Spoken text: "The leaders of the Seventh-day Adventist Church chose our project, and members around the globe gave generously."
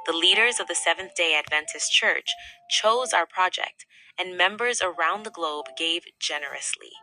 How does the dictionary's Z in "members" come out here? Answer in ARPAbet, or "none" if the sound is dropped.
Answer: Z